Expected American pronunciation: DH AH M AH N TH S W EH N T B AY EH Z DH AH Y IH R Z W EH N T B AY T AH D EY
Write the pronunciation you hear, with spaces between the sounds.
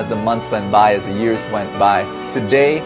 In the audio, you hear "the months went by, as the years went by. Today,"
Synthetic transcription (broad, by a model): DH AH M AH N TH S W EH N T B AY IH Z DH AH Y IH R Z W EH N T B AY T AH D EY